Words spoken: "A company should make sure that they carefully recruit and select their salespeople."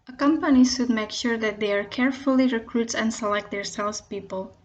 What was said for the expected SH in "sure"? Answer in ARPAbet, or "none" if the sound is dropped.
SH